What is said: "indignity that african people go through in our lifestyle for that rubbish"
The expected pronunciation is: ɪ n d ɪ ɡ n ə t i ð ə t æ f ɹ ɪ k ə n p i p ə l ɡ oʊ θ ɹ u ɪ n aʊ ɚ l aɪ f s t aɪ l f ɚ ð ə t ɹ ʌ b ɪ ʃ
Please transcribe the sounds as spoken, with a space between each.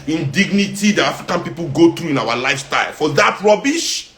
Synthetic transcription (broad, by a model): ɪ n d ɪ ɡ n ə t i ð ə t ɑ f ɹ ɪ k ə n p i p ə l ɡ oʊ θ ɹ u ɪ n aʊ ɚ l aɪ f s t aɪ l f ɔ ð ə t ɹ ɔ b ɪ ʃ